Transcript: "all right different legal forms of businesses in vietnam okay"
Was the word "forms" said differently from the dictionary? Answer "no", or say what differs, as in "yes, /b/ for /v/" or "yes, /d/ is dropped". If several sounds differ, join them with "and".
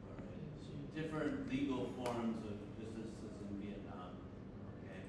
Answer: no